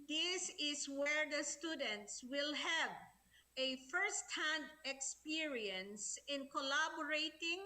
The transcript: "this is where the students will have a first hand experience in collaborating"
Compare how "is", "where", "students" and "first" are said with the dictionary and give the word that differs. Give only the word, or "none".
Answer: is